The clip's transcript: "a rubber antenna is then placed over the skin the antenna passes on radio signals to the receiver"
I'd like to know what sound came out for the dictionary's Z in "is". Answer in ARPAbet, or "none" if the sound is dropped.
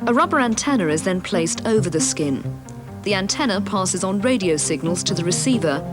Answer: Z